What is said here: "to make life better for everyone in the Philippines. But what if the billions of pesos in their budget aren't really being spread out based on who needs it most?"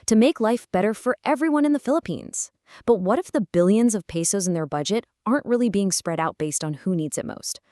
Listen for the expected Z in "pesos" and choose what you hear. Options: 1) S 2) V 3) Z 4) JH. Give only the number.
3